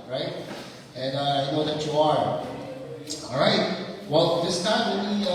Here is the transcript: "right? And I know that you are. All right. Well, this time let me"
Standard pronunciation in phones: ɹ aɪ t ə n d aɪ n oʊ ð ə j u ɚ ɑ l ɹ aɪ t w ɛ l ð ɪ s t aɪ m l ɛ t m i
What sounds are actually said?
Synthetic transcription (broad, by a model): ɹ aɪ t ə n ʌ aɪ n oʊ ð ə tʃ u ɚ ɑ l ɹ aɪ t w ɛ l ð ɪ s t aɪ m w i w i